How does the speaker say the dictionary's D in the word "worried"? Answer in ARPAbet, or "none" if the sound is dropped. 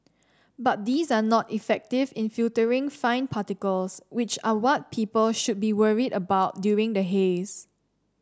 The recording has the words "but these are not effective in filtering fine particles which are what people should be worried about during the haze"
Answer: D